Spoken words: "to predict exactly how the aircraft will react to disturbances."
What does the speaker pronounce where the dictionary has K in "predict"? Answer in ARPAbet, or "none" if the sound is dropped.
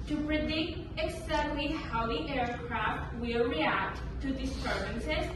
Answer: K